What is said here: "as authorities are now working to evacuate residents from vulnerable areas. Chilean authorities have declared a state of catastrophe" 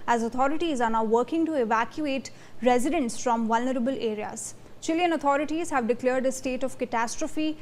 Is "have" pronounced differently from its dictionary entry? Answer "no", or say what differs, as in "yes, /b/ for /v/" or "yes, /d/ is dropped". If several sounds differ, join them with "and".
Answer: no